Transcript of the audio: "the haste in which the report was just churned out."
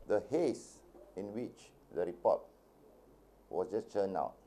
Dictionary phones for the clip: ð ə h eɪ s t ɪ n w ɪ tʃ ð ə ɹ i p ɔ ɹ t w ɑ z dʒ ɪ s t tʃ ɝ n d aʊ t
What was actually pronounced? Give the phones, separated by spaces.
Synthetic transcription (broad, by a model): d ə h eɪ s ɪ n w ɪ tʃ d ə ɹ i p ɔ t w ɑ s dʒ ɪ s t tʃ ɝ n aʊ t